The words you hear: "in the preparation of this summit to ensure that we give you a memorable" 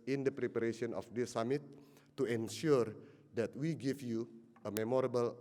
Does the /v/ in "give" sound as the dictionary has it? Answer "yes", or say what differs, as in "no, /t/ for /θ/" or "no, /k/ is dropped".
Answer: no, /f/ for /v/